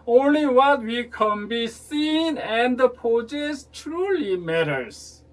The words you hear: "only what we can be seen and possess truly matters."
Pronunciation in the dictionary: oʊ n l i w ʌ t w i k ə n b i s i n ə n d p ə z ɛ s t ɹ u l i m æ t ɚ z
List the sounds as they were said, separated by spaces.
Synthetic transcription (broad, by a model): oʊ n l i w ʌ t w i k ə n b i s i n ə n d p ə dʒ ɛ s t ɹ u l i m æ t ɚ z